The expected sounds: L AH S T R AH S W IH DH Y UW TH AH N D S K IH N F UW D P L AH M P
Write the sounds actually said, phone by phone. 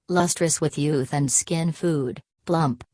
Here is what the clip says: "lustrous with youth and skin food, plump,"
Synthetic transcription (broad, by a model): L AH S T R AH S W IH DH Y UW TH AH N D S K IH N F UW D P L AH M P